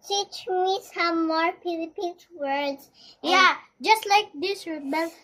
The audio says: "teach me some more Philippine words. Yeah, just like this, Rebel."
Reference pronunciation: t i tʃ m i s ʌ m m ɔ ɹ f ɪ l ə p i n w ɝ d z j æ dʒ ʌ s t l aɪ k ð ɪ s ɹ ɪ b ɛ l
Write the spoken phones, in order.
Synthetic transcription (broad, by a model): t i tʃ m i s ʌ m m ɔ ɹ p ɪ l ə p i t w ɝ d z j æ dʒ ʌ s t l aɪ k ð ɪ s ɹ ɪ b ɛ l